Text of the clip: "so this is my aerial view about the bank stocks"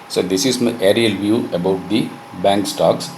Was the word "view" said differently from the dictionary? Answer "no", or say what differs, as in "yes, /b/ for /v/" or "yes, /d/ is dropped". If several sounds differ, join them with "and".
no